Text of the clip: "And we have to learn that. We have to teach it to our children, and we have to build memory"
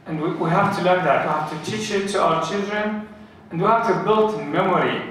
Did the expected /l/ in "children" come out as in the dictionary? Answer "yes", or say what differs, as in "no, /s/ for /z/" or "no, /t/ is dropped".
yes